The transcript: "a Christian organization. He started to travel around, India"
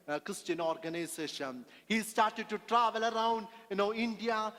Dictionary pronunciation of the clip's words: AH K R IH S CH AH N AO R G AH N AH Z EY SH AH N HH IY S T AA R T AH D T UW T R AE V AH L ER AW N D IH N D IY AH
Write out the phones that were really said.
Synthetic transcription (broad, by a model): K R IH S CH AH N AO R G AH N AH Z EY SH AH N HH IY S T AA R T AH D T UW T R AE V AH L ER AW N D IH N D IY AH